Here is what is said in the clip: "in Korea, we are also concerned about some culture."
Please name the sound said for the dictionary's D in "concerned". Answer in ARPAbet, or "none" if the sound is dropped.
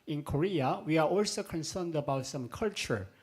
D